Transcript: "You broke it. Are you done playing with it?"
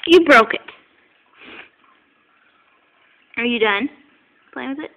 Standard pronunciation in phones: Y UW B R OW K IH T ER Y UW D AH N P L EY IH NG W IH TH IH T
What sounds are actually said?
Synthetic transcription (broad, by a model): Y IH B R OW K IH T ER Y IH D AH N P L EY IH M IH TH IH T